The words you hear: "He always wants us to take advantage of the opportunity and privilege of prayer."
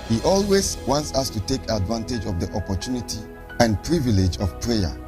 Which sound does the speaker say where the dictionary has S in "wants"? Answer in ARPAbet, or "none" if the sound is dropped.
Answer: S